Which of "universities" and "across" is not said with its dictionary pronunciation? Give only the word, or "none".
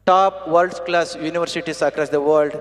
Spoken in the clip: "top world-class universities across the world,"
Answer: universities